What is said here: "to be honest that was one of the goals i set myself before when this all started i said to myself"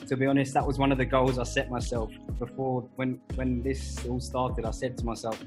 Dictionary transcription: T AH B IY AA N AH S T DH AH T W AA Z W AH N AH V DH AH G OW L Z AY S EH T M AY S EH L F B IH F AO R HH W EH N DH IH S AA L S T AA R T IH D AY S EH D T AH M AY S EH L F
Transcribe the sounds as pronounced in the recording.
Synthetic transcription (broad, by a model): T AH B IY AA N AH S T DH AH T W AA Z W AH N AH V DH AH G OW L Z AY S EH T M AY S EH L F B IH F AO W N W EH N DH IH S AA L S T AA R T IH D AY S EH D T AH M AY S EH L F